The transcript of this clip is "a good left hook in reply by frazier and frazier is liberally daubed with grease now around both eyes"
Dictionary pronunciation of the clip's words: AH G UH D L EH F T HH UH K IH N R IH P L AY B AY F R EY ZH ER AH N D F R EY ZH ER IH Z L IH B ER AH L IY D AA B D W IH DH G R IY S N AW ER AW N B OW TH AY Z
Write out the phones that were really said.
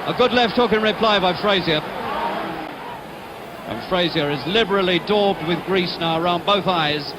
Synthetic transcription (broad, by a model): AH G UH D L EH F T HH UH K IH N R IH P L AY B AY F R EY Z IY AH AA F R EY Z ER IH Z L IH B ER L IY D AA B D W IH DH G R IY S N AW ER AW N B OW TH AY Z